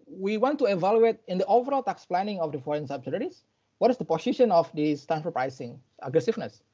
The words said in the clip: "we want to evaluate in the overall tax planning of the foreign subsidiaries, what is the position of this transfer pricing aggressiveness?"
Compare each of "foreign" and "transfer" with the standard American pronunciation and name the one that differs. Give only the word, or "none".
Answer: transfer